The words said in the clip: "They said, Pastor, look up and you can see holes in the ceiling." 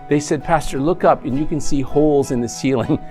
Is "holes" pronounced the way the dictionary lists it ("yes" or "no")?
yes